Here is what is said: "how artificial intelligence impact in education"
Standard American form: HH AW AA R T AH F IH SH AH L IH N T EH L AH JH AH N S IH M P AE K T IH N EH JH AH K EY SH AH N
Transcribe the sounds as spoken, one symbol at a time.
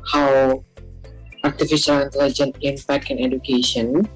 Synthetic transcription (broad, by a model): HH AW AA R T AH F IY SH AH L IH N T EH L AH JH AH N IH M P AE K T IH N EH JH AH K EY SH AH N